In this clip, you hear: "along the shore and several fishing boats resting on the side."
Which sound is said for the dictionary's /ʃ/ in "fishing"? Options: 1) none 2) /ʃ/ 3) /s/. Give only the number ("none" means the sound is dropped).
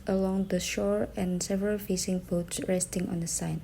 3